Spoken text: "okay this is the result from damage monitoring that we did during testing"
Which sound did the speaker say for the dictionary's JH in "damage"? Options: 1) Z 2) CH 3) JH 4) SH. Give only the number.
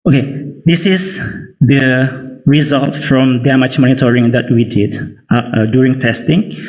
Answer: 2